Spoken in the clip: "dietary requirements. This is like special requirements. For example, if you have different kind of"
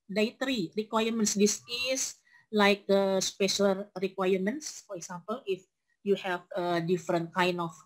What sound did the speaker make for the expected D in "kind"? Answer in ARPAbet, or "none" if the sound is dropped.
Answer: none